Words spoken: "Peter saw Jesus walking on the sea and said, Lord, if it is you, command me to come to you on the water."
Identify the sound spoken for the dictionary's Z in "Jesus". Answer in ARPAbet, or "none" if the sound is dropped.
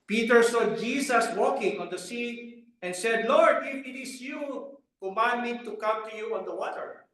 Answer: S